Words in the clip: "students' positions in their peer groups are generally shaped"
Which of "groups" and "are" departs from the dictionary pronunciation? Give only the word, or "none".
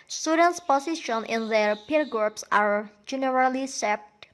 none